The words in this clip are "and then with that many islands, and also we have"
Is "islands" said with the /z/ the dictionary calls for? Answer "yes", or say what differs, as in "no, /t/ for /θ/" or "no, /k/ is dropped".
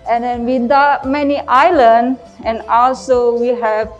no, /z/ is dropped